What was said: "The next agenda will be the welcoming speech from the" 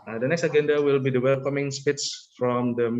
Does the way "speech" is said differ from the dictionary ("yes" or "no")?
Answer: yes